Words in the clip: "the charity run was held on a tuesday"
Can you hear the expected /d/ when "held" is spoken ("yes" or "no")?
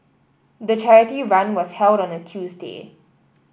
yes